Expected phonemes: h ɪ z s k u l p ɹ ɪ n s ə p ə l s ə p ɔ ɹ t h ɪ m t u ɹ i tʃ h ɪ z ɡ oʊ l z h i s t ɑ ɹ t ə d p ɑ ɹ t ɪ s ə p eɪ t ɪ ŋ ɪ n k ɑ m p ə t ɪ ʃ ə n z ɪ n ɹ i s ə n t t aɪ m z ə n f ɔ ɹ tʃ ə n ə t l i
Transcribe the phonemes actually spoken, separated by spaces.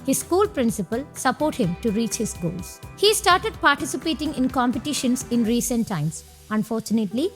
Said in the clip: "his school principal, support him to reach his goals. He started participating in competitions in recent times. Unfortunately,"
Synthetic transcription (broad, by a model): h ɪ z s k u l p ɹ ɪ n s ə p ə l s ə p ɔ ɹ t h ɪ m t u ɹ i tʃ h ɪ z ɡ oʊ l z h i s t ɑ ɹ t ə d p ɑ ɹ t ɪ s ə p eɪ t ɪ ŋ ɪ n k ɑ m p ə t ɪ ʃ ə n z ɪ n ɹ i s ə n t t aɪ m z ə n f ɔ ɹ tʃ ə n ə t l i